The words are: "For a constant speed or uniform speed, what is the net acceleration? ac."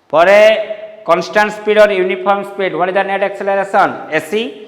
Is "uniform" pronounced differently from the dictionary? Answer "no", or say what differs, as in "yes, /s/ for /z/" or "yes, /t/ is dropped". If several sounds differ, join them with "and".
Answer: yes, /p/ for /f/